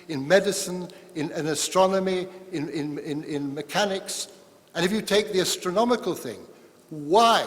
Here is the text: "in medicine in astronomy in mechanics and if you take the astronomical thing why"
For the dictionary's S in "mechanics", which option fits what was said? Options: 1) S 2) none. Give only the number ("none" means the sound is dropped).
1